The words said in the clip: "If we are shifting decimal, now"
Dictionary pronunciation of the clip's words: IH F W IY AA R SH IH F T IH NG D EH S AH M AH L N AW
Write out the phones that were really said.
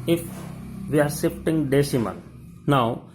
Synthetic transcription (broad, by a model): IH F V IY AA R S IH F T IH NG D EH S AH M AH N N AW